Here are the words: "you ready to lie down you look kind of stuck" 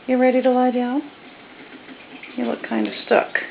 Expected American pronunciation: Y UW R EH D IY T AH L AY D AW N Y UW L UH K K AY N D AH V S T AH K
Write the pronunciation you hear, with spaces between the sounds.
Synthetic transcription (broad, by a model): Y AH R EH D IY T AH L AY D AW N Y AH W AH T K AY N D AH V S T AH K